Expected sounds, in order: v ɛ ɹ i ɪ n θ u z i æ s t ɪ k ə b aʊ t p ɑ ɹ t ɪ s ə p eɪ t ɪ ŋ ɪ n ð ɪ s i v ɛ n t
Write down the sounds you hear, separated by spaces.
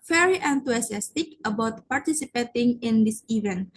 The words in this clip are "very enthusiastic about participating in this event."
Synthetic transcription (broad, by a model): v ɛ ɹ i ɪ n t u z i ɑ s t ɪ k ə b aʊ t p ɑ ɹ t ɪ s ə p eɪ t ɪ ŋ ɪ n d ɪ s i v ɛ n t